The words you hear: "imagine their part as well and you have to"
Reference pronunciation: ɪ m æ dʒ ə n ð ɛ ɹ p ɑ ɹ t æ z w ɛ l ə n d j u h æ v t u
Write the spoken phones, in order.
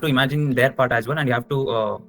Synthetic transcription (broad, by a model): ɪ m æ dʒ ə n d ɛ ɹ p ɑ ɹ t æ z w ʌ n ə n d j u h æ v t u